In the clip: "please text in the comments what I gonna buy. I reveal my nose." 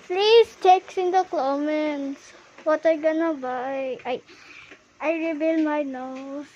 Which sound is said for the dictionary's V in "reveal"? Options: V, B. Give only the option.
B